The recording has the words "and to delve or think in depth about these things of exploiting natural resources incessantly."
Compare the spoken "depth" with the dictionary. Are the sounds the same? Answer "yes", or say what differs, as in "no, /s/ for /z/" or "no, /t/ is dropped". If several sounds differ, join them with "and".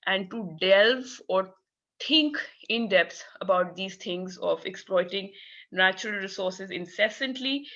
no, /s/ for /θ/